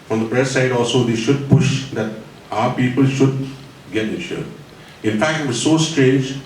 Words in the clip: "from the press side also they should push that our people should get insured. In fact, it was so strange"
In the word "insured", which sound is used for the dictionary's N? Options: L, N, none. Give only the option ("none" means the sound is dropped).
none